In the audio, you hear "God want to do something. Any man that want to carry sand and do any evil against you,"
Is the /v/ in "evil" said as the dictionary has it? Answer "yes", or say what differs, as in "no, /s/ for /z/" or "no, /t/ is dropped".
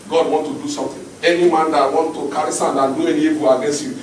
no, /b/ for /v/